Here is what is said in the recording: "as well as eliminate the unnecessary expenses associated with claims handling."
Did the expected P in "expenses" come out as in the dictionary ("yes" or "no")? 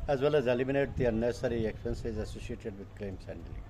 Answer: yes